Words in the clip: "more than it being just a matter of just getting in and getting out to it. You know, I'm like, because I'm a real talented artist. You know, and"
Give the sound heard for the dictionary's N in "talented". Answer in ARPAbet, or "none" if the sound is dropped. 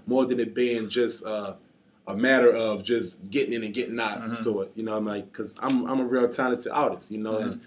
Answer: none